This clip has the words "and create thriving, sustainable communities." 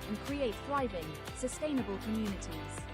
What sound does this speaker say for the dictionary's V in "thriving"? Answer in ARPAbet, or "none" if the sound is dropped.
V